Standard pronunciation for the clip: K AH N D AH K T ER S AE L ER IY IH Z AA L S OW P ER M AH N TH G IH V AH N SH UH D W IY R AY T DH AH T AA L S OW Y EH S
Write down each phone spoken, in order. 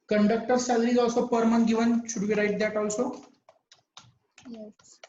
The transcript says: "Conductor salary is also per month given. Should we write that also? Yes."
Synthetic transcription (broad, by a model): K AH N D AH K T ER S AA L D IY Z AA L S OW P ER M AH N G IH V AH N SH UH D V IY R AY T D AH T AA L S OW Y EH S